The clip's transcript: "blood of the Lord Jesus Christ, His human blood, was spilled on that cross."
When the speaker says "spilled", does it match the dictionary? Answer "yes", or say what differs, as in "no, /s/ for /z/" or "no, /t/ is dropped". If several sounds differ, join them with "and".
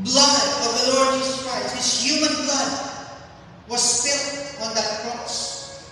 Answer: no, /d/ is dropped